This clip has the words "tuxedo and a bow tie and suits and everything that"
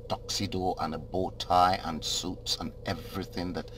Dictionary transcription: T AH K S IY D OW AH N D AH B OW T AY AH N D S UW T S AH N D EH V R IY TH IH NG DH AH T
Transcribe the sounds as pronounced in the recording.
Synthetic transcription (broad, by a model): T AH K S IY D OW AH N AH B OW T AY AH N S UW T S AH N EH V R IY TH IH NG DH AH T